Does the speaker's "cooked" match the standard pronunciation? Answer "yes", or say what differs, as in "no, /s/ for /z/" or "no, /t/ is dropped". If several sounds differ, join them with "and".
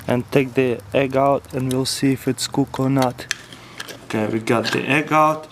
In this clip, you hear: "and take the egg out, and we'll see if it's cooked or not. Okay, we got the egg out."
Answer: no, /t/ is dropped